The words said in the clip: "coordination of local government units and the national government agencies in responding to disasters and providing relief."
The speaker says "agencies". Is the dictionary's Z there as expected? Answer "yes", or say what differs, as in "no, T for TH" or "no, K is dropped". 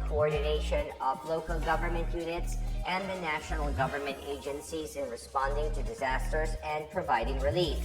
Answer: yes